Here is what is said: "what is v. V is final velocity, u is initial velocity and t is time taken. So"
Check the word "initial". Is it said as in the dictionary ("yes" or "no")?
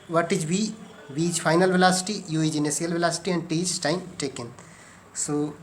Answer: no